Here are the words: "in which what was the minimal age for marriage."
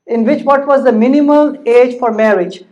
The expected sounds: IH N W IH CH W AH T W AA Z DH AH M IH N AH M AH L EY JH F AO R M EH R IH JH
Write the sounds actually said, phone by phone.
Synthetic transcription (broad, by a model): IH N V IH CH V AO T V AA Z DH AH M IH N AH M AH L EY JH F AO R M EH R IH JH